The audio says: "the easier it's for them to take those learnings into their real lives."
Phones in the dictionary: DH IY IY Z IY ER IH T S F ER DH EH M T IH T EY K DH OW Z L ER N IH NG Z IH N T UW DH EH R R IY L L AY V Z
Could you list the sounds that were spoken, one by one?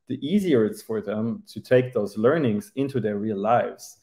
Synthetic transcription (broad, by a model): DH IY IY Z IY ER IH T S F ER DH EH M T IH T EY K DH OW Z L ER N IH NG Z IH N T UW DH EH R R IY L L AY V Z